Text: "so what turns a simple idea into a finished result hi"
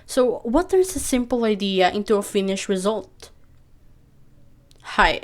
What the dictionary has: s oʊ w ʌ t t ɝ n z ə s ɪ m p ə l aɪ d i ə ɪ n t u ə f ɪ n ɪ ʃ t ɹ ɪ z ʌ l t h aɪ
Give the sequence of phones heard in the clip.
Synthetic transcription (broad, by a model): s oʊ w ʌ t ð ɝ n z ə s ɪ m p l aɪ d i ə ɪ n t u ə f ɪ n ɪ ʃ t ɹ ɪ z ʌ l t h aɪ